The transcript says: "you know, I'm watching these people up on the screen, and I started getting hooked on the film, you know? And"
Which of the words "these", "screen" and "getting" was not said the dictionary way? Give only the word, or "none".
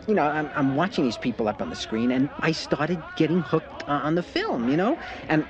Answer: none